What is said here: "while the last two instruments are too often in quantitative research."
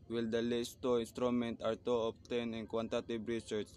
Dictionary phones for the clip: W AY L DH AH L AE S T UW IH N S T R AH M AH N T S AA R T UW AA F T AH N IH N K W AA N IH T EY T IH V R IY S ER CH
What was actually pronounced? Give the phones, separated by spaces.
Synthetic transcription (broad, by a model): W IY L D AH L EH S T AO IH N S T R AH M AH N T AA R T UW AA P T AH N IH N K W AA N T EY T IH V R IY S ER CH